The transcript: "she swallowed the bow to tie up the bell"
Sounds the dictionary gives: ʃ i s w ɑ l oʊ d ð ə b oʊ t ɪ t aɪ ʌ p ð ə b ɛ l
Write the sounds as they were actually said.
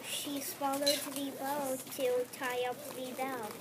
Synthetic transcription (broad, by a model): ʃ i s w ɑ l oʊ d ð ə b oʊ t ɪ t aɪ ʌ p ð ə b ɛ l